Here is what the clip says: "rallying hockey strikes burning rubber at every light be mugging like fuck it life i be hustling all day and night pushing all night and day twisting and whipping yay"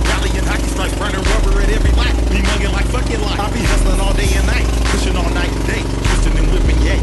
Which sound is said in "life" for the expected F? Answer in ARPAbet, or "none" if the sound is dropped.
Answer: none